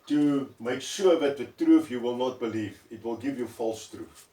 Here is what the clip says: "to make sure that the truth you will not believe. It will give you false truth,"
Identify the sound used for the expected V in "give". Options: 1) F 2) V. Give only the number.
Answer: 2